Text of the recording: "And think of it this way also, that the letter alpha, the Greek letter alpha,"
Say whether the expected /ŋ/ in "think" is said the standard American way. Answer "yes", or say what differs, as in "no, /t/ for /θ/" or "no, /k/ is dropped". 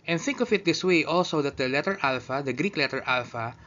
yes